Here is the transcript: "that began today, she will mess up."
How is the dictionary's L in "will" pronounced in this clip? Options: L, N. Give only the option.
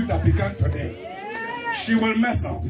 L